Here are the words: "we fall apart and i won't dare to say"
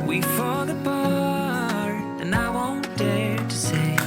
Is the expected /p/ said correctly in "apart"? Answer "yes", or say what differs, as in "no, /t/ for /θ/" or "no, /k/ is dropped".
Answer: no, /b/ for /p/